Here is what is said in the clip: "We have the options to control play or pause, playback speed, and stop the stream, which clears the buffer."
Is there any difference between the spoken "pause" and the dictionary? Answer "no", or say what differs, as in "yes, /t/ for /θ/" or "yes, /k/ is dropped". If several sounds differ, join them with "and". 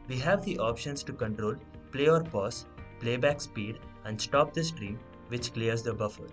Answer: yes, /s/ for /z/